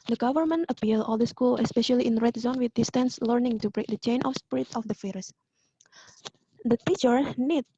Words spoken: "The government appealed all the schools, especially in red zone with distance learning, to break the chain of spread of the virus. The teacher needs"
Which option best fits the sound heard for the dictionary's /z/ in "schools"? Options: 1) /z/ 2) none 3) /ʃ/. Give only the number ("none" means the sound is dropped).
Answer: 2